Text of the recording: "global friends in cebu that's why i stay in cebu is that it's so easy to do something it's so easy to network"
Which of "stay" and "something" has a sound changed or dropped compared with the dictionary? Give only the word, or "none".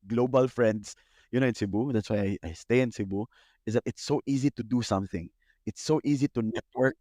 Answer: none